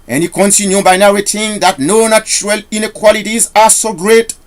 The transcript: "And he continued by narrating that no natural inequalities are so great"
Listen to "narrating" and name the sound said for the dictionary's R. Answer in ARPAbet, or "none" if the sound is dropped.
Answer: W